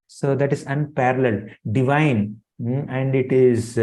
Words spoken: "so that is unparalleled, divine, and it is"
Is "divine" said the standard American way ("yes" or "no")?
yes